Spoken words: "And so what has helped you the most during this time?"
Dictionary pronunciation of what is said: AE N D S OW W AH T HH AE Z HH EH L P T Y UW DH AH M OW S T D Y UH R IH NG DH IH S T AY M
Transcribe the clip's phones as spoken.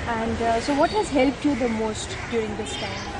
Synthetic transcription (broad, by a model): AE N D S OW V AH T HH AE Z HH EH L P T Y UW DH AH M OW S T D Y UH R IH NG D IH S T AY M